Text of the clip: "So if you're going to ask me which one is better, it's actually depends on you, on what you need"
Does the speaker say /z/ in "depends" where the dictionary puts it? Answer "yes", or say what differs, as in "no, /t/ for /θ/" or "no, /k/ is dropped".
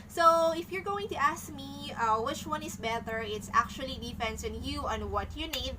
no, /s/ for /z/